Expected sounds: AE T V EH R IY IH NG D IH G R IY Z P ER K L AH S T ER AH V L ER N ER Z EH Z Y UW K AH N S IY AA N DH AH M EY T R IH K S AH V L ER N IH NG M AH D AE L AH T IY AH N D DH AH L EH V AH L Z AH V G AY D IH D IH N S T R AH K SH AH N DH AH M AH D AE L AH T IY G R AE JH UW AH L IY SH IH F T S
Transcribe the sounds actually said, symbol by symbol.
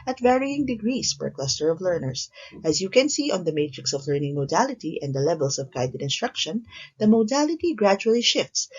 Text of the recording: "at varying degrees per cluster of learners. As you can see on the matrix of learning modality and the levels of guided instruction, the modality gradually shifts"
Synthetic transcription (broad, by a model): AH T V EH R IY IH NG D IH G R IY S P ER K L AH S T ER AH V L ER N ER S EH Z Y UW K AH N S IY AA N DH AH M EY T R IH K S AH V L ER N IH NG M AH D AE L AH T IY AH N D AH L EH V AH L S AH V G AY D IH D IH N S T R AH K SH AH N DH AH M AH D AE L AH T IY G R AE JH UW AH L IY SH IH F T S